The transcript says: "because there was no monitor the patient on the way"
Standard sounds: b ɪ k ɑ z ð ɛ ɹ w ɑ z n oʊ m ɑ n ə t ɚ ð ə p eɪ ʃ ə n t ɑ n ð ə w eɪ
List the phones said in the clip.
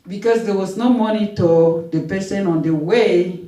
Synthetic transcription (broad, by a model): b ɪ k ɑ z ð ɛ w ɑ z n oʊ m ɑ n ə t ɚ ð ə p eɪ s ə n ɑ n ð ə w eɪ